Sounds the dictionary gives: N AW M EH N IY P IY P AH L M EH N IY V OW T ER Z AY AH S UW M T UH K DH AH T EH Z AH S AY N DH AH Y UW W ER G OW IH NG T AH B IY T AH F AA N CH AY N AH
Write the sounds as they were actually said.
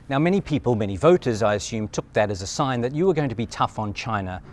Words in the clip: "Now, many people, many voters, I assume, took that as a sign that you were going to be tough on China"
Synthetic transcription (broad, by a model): N AW M EH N IY P IY P AH L M EH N IY V OW T ER Z AY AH S UW M T UH K DH AH T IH Z AH S AY N DH AH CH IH W ER G OW IH NG T AH B IY T AH F N CH AY N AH